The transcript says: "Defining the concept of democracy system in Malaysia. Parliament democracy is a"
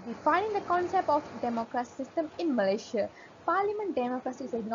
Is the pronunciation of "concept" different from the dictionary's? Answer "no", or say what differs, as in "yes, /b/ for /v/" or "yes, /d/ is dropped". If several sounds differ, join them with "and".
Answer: no